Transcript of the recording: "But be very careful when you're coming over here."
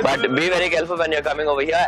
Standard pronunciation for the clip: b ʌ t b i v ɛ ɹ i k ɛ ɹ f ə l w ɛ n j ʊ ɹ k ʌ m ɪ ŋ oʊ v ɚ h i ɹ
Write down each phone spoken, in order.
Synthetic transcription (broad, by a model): b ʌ t b i v ɛ ɹ i k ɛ l f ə l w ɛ n j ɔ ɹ k ʌ m ɪ ŋ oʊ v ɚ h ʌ